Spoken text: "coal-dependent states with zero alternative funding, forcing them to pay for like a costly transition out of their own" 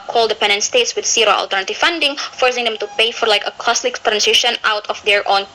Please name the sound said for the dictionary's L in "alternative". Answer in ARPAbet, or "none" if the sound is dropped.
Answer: L